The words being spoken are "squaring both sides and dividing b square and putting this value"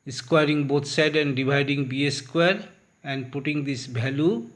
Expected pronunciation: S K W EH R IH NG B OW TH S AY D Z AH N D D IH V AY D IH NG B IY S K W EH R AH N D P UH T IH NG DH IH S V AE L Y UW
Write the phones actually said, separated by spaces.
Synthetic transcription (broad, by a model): S K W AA R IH NG B OW T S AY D AH N D D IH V AY D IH NG B IY S K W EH R AH N D P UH T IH NG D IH S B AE L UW